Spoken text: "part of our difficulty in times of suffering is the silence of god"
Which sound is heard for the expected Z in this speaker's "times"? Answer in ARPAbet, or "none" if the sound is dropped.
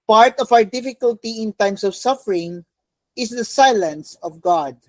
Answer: S